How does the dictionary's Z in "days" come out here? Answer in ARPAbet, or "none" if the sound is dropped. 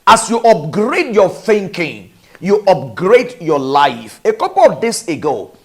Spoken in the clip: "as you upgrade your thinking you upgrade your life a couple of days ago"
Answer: S